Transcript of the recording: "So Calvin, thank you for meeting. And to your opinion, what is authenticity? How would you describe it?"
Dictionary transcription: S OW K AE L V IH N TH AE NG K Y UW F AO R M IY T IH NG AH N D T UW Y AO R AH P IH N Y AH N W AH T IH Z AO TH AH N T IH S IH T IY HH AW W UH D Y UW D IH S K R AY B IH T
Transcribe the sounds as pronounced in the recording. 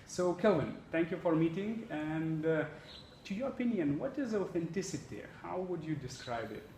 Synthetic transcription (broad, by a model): S OW K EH L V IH N T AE NG K Y UW F AO R M IY T IH NG AH N D T UW Y AO R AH P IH N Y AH N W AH T IH Z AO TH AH N T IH S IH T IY HH AW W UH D Y UW D IH S K R AY B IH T